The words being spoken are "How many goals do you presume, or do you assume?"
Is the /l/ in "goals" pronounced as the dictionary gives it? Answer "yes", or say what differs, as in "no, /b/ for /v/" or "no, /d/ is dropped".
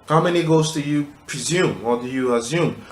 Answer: no, /l/ is dropped